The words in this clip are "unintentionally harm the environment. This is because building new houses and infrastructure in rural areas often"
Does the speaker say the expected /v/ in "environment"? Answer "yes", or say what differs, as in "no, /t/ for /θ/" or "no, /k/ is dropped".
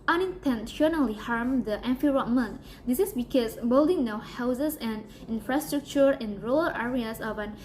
no, /f/ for /v/